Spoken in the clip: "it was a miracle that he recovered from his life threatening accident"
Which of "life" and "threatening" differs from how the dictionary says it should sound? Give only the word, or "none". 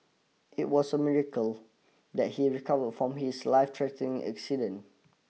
threatening